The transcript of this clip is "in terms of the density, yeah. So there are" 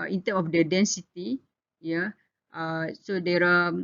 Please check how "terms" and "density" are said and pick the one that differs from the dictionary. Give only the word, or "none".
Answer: terms